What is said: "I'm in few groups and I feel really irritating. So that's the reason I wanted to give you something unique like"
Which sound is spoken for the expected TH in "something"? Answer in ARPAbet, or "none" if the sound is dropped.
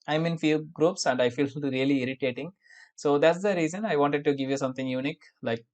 T